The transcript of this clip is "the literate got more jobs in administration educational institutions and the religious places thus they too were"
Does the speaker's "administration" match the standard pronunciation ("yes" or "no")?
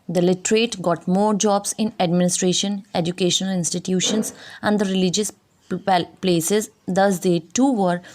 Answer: yes